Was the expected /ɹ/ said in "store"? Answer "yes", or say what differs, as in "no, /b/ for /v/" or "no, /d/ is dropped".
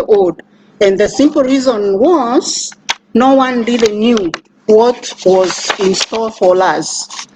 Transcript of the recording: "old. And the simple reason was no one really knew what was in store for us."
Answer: no, /l/ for /ɹ/